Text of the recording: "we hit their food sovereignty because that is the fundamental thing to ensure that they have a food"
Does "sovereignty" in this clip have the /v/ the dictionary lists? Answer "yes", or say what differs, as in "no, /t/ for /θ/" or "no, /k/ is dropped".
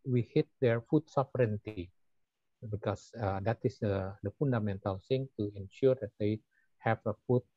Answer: no, /f/ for /v/